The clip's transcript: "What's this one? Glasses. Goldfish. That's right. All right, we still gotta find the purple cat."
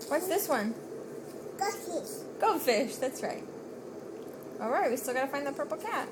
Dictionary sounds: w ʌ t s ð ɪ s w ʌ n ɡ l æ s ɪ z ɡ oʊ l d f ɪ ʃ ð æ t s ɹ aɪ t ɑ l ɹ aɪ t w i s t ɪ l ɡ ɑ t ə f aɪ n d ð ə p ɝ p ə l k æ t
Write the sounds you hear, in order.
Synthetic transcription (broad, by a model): w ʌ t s ð ɪ s w ʌ n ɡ ʌ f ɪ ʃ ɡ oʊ f ɪ ʃ ð æ t s ɹ aɪ t ɑ l ɹ aɪ t w i s t ɪ l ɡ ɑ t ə f aɪ n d ð ə p ɝ p l k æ t